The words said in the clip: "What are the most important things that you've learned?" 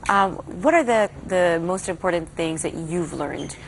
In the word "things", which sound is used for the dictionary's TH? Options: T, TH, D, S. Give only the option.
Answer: TH